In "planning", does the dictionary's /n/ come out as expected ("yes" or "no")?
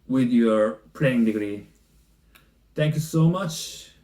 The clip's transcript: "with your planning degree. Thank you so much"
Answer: no